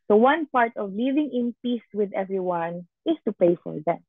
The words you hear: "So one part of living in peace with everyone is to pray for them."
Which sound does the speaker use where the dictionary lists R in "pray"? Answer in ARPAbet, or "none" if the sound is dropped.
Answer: none